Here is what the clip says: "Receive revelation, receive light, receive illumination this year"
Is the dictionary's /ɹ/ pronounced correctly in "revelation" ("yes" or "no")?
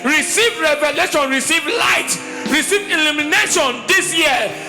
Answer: yes